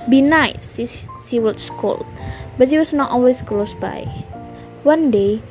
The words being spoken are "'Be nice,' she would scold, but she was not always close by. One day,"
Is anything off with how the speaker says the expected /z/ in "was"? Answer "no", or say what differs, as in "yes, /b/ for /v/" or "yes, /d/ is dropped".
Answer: yes, /s/ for /z/